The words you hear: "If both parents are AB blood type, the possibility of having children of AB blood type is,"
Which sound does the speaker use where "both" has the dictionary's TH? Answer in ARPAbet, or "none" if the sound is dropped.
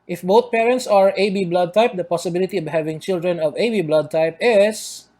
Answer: T